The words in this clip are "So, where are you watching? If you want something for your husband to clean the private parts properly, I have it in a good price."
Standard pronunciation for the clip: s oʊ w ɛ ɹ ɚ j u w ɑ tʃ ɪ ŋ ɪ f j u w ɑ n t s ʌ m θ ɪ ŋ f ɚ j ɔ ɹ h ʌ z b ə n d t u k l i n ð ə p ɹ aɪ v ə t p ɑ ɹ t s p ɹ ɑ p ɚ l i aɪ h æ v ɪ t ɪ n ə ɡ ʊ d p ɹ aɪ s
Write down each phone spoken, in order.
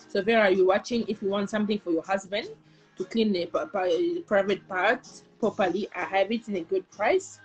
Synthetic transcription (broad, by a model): s oʊ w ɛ ɹ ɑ j u w ɑ tʃ ɪ ŋ ɪ f j u w ɑ n t s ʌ m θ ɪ ŋ f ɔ j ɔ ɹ h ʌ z b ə n d t u k l i n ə p ɹ aɪ v ə t p ɑ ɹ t p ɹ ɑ p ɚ l i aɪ h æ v ɪ t ɪ n ə ɡ ʊ d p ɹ aɪ s